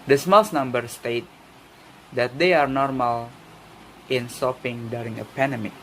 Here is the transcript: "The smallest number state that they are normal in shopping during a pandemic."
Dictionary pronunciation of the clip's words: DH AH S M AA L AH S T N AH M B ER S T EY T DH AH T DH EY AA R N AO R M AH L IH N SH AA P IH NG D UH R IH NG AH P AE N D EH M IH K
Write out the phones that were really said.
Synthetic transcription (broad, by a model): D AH S M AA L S N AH M B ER S T EY T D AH T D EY AA R N AO R M AH L IH N S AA P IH NG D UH R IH NG AH P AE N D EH M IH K